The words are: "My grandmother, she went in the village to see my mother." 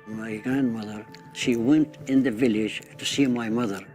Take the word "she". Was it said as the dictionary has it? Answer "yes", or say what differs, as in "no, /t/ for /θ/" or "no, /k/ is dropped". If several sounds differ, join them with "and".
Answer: yes